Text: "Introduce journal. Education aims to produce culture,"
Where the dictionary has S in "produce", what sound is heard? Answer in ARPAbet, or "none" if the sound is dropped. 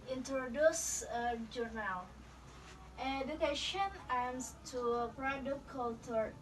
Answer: none